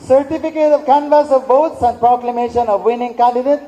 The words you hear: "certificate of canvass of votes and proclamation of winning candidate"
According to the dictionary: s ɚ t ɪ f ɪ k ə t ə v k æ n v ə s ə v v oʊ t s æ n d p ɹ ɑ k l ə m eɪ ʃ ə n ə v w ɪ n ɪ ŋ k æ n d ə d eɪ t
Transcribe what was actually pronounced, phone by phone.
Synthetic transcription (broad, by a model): s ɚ t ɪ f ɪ k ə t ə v k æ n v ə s ə v b oʊ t s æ n d p ɹ ɑ k l ə m eɪ ʃ ə n ə v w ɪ n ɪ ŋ k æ n d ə d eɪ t